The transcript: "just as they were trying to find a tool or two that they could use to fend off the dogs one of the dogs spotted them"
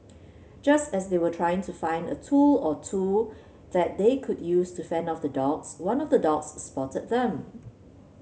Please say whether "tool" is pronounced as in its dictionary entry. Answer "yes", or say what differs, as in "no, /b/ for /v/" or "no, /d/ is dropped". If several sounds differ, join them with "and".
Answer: yes